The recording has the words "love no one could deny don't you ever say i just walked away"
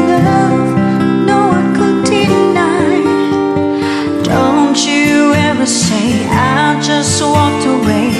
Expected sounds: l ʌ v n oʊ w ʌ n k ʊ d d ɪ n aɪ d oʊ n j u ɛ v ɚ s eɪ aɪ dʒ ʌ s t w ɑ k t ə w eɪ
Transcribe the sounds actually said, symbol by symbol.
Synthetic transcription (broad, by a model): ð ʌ n oʊ w ʌ n k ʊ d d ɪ n aɪ d oʊ n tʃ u ɛ v ɚ s eɪ aɪ dʒ ʌ s t w ɑ k t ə w eɪ